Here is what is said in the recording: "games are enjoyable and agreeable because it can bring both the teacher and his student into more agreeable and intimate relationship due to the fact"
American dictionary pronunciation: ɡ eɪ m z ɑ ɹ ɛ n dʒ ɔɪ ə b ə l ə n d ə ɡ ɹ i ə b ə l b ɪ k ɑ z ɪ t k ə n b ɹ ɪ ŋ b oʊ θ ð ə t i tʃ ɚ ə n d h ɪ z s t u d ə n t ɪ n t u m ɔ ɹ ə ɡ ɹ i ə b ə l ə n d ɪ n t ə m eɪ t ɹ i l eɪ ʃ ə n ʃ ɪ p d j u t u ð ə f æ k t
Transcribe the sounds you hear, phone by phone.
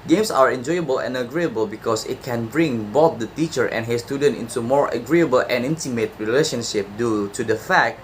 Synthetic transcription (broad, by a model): ɡ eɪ m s ɑ ɹ ɛ n dʒ ɔɪ ə b ə l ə n ə ɡ ɹ i ə b ə l b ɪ k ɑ s ɪ t k ə n b ɹ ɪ ŋ b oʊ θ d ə t i tʃ ɚ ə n h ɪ s t u d ə n t ɪ n t u m ɔ ɹ ə ɡ ɹ i ə b ə l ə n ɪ n t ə m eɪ t ɹ i l eɪ ʃ ə n ʃ ɪ p d j u t u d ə f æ k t